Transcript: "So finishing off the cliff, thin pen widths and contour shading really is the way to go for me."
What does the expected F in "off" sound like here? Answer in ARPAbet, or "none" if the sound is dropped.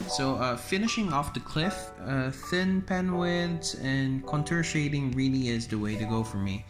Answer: F